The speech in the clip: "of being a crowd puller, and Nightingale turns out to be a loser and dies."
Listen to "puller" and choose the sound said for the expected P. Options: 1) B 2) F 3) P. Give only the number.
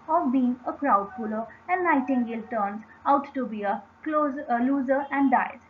2